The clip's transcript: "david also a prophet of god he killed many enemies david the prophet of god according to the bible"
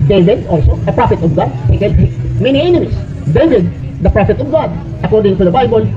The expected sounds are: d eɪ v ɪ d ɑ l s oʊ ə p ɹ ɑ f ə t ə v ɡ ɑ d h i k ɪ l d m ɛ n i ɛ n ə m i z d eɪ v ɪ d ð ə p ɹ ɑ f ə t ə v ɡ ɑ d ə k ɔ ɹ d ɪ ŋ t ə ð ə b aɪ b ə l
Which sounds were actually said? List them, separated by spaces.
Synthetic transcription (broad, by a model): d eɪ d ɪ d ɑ l s oʊ ə p ɹ ɑ f ə t ə v ɡ ɑ d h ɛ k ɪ d m ɛ n i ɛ n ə m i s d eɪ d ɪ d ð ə p ɹ ɑ f ə t ə v ɡ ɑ d ə k ɔ ɹ d ɪ ŋ t ə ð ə b aɪ b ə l